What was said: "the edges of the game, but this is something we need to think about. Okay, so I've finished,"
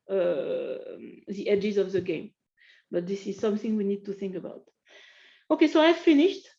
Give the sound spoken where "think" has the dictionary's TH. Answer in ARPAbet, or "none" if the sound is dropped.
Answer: TH